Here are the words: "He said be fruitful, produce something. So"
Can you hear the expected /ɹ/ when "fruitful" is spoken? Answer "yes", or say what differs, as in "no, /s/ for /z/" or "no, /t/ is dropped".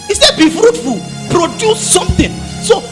yes